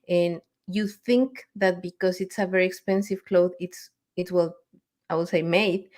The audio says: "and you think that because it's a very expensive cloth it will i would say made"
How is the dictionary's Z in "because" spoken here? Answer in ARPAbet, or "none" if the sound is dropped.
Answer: S